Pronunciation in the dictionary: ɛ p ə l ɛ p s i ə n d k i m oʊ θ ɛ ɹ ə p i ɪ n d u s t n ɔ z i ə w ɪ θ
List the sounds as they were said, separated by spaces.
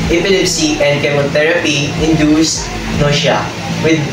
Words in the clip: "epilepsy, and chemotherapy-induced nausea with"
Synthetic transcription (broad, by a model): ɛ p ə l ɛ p s i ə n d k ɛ m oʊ t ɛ ɹ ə p i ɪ n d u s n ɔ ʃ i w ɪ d